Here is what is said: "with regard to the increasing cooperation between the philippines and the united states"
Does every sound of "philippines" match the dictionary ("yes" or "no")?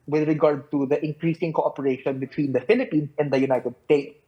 no